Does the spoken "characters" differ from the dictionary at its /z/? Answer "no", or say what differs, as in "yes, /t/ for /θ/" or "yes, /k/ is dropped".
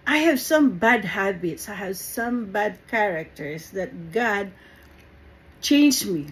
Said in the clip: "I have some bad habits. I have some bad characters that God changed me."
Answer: yes, /s/ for /z/